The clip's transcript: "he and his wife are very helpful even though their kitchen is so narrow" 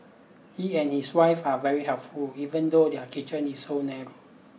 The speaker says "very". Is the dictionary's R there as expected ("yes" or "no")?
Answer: yes